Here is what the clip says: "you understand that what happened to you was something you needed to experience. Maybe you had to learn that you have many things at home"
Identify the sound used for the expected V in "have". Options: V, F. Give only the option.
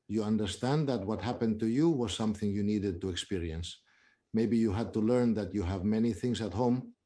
V